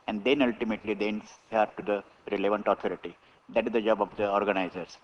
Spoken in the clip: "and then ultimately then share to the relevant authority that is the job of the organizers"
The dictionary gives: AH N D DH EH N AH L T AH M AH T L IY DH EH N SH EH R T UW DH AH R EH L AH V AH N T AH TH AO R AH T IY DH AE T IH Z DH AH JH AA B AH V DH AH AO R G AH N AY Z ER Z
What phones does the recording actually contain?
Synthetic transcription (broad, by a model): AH N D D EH N AH L T AH M AH T L IY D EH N S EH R T UW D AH R EH L AH V AH N T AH T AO R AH T IY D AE T IH Z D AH JH AA B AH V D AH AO R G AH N AY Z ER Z